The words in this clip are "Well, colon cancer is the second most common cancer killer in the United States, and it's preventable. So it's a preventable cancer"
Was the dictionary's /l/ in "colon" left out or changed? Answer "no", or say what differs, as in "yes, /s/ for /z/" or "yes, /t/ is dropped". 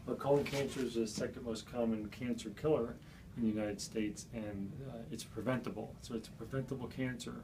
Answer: yes, /l/ is dropped